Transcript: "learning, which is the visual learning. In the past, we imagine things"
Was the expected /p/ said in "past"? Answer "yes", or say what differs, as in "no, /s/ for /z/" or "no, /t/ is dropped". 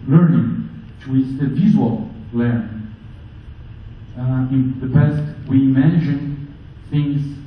no, /b/ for /p/